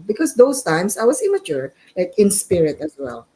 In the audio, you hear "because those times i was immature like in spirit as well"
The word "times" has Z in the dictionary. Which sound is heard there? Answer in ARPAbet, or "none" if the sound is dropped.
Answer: S